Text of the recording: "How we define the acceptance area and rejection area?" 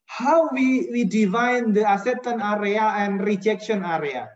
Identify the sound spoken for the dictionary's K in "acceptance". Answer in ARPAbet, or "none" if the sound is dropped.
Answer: none